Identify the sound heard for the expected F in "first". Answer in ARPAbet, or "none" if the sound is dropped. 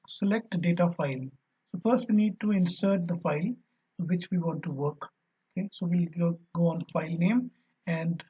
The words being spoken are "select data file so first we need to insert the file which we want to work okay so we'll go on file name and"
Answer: F